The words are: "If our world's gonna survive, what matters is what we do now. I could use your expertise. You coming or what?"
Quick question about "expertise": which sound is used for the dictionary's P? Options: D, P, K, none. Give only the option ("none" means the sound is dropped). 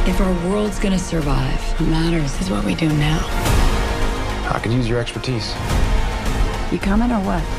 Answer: P